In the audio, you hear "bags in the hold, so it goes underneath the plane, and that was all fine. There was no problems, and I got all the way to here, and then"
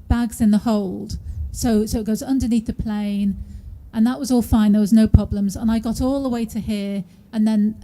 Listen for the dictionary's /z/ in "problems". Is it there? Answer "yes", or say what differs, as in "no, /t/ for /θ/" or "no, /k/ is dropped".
yes